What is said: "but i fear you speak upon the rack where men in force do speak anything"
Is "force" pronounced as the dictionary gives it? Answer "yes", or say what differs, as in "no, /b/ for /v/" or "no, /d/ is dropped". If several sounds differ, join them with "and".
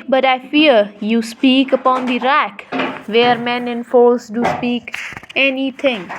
no, /l/ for /ɹ/